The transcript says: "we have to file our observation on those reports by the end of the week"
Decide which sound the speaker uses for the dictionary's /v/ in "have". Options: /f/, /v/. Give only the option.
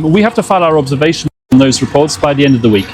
/f/